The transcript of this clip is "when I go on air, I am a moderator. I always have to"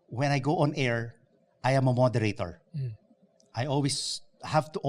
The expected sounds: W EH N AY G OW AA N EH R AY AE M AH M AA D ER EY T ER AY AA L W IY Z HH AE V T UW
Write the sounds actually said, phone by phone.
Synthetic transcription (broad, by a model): W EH N AY G OW AA N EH R AY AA M AH M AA D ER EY T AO AY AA L W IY S HH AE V T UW